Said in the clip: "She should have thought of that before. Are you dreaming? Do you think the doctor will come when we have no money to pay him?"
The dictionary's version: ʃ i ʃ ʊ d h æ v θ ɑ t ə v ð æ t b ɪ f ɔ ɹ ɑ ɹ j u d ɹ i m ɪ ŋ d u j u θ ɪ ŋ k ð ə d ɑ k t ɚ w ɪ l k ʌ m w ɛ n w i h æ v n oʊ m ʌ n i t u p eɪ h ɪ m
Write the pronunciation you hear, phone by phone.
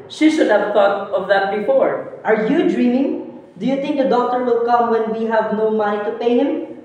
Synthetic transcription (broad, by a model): ʃ i ʃ ʊ d h æ v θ ɑ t ə v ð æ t b ɪ f ɔ ɹ ɑ ɹ j u d ɹ i m ɪ ŋ d u j u t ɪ ŋ k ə d ɑ k t ɚ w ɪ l k ʌ m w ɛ n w i h æ v n oʊ m ʌ n i t u p eɪ h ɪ m